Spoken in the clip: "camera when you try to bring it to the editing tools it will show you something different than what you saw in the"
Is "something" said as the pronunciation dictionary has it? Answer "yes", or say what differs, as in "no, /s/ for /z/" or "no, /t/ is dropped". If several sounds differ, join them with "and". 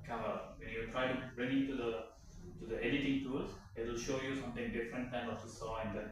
no, /t/ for /θ/